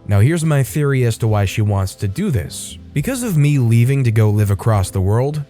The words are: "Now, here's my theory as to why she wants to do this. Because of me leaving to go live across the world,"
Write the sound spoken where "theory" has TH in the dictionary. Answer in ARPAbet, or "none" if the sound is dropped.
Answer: TH